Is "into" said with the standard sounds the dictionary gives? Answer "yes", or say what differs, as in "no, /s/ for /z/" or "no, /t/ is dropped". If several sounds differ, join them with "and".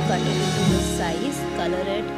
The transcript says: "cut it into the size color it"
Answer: no, /n/ is dropped